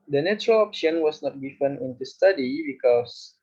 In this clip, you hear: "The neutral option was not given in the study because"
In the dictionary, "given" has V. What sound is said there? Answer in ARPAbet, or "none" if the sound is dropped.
F